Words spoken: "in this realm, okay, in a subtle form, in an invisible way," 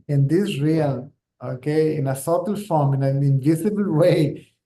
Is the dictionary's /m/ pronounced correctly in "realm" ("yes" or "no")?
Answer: no